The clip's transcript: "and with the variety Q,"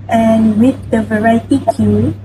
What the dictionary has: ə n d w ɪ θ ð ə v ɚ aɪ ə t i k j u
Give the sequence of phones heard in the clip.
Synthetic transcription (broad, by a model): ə n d w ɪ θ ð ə v ɚ aɪ ə t i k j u